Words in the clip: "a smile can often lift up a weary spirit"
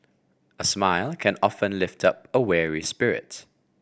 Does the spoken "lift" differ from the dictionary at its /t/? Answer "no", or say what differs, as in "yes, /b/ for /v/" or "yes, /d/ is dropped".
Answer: no